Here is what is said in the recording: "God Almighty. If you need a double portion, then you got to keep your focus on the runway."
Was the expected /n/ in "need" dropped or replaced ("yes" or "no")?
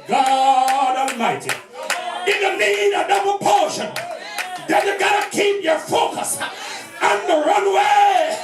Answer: yes